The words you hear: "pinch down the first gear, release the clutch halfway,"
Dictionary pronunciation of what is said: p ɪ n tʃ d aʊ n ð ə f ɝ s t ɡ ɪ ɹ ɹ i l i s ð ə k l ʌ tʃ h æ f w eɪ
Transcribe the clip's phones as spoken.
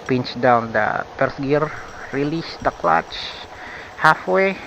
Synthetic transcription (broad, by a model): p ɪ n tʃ d aʊ n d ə p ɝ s ɡ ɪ ɹ ɹ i l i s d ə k l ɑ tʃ h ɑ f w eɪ